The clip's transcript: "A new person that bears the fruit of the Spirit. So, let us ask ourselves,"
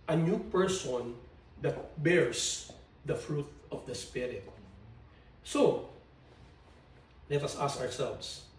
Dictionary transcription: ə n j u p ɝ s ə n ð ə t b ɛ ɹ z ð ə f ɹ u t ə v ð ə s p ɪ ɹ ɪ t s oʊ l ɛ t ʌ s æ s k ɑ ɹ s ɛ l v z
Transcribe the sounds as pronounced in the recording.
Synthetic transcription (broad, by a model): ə n j u p ɝ s ə n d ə t b ɛ ɹ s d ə f ɹ u t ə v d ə s p ɪ ɹ ɪ t s oʊ l ɛ t ʌ s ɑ s k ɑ ɹ s ɛ l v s